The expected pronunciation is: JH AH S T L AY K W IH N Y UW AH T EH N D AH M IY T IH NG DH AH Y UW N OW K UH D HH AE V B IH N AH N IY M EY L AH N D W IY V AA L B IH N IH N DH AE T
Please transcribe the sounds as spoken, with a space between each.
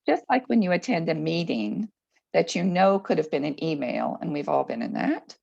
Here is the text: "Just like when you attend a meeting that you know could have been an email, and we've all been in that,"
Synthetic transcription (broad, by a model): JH AH S T L AY K W IH N Y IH AH T EH N D AH M IY T IH NG DH AH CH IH N OW K UH D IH V B IH N AH N IY M EY L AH N W IY V AA L B IH N IH N DH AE T